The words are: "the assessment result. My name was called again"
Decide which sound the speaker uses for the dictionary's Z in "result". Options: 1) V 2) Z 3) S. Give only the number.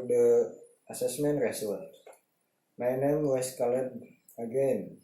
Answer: 3